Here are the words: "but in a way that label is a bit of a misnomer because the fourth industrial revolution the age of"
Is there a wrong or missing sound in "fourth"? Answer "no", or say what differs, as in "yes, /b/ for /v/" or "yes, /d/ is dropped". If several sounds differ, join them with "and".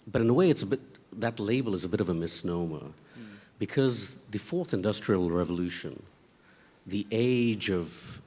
no